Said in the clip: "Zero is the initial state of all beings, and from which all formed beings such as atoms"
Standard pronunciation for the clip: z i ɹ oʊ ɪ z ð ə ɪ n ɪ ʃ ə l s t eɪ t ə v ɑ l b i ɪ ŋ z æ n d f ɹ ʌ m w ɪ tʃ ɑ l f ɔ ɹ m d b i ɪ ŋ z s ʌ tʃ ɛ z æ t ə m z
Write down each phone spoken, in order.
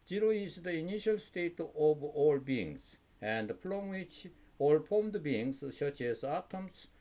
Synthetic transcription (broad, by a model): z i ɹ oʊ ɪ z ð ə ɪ n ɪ ʃ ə l s t eɪ t ə v ɑ l b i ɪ ŋ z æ n d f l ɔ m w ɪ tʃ ɑ l p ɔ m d b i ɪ ŋ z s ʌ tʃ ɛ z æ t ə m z